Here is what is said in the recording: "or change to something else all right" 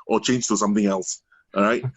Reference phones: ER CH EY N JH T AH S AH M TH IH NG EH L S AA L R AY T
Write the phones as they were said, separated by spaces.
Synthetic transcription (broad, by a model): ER CH EY N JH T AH S AH M TH IH NG EH L S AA R AY T